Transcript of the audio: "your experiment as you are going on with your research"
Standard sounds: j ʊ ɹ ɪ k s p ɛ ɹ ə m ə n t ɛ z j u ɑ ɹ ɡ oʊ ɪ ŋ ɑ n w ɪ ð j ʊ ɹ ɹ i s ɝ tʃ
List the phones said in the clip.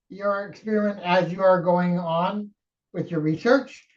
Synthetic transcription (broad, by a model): j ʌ ɹ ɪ k s p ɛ ɹ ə ə n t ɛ z j u ɑ ɹ ɡ oʊ ɪ ŋ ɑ n w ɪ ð j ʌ ɹ ɹ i s ɝ tʃ